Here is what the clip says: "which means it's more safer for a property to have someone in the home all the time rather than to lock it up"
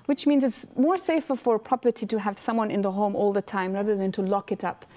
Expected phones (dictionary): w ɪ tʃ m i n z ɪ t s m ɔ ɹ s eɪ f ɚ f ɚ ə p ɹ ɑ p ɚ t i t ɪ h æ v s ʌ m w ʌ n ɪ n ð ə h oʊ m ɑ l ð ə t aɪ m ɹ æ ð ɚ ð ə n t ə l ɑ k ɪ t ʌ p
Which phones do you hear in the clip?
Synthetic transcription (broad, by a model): w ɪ tʃ m i n z ɪ t s m ɔ ɹ s eɪ f ɚ f ɚ p ɹ ɑ p ɚ t i t ɪ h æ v s ʌ m w ʌ n ɪ n ð ə h oʊ m ɑ l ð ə t aɪ m ɹ æ ð ɚ ð ə n t ə l ɑ k ɪ t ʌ p